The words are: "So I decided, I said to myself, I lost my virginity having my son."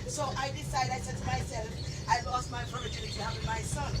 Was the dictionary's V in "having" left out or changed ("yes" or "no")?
yes